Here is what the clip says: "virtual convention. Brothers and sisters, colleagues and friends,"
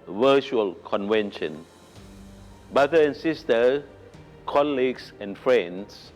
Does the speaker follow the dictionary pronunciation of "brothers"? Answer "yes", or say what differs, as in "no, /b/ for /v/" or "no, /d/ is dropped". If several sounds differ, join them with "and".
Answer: no, /z/ is dropped